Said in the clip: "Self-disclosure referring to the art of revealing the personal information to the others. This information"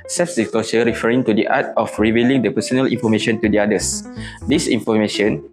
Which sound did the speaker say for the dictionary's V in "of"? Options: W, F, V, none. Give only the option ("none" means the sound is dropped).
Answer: F